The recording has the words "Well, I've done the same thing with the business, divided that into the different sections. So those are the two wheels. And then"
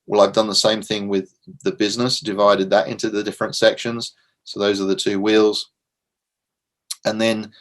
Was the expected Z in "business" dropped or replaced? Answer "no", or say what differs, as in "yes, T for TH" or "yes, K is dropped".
no